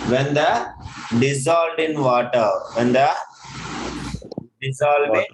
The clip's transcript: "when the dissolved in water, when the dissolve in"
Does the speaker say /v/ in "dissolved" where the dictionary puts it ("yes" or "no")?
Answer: no